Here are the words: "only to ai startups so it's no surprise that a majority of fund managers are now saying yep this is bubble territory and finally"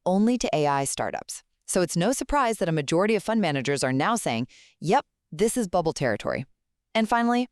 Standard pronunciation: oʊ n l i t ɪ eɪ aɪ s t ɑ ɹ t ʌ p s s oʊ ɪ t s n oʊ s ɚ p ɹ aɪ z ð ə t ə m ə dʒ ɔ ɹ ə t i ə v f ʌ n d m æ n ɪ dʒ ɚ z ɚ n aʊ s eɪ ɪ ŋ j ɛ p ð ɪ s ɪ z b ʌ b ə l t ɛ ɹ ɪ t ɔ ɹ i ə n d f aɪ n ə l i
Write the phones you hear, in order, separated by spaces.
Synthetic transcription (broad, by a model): oʊ n l i t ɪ eɪ aɪ s t ɑ ɹ t ʌ p s s oʊ ɪ t s n oʊ s ɚ p ɹ aɪ z ð ə t ə m ə dʒ ɔ ɹ ə t i ə v f ʌ n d m æ n ɪ dʒ ɚ z ɚ n aʊ s eɪ ɪ ŋ j ɛ p ð ɪ s ɪ z b ʌ b l t ɛ ɹ ɪ t ɔ ɹ i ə n f aɪ n l i